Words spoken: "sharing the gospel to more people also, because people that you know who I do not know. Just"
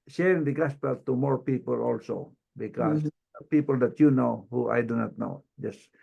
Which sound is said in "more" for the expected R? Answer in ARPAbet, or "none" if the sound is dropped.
R